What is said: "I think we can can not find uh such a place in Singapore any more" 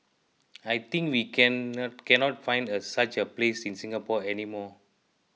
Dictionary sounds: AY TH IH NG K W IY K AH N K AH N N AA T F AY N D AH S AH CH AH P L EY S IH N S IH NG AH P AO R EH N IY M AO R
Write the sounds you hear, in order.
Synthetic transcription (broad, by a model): AY T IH NG K W IY K AH N K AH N N AA T F AY N D AH S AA CH AH P L EY S IH N S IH NG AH P AO EH N IY M AO